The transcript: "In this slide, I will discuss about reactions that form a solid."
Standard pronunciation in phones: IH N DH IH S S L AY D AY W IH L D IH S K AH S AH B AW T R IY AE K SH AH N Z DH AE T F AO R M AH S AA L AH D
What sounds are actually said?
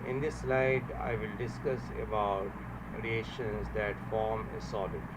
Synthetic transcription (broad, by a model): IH N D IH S S L AY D AY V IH L D IH S K AH S AH B AW T R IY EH SH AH N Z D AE T F AO R M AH S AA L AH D